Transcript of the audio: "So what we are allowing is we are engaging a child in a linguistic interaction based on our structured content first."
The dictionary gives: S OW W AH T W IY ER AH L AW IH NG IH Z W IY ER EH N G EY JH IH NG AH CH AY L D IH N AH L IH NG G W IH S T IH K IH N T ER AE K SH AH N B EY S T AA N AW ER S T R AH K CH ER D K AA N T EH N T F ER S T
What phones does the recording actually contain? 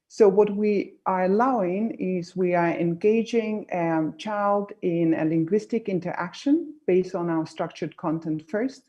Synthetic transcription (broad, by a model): S OW W AH T W IY ER AH L AW IH NG IH Z W IY ER EH N G EY JH IH NG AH CH AY L D IH N AH L IH NG G W IH S T IH K IH N T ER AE K SH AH N B EY S T N AW ER S T R AH K CH ER D K AA N T EH N T F ER S T